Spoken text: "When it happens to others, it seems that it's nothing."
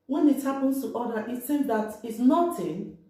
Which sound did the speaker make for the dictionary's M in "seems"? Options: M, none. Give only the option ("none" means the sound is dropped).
none